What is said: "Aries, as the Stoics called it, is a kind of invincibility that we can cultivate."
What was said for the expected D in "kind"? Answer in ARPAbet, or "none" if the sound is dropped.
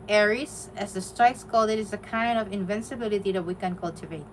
D